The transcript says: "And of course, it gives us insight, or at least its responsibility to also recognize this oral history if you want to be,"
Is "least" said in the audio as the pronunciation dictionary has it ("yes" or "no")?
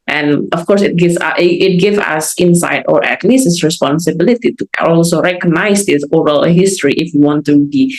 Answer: no